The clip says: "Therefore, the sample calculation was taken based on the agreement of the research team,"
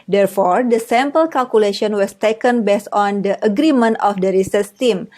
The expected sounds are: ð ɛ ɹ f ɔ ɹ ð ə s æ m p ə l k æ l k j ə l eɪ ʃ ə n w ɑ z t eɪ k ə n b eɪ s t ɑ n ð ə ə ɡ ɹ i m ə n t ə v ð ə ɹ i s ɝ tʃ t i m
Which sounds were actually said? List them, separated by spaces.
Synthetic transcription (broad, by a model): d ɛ ɹ f ɔ ɹ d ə s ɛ m p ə l k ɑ l k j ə l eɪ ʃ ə n w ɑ s t eɪ k ə n b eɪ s ɑ n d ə ə ɡ ɹ i m ə n t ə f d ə ɹ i s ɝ s t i m